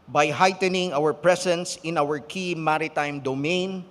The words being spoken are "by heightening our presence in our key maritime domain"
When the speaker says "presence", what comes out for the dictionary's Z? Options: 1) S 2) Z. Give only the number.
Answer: 1